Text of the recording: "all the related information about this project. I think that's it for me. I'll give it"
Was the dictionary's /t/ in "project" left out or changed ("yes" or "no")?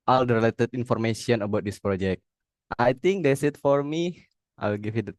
no